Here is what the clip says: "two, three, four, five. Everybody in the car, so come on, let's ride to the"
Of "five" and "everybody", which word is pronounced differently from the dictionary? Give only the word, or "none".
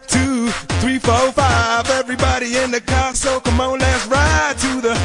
none